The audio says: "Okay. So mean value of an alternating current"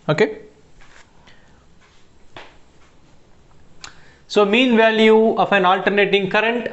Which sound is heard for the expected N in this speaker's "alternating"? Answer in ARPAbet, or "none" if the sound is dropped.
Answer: N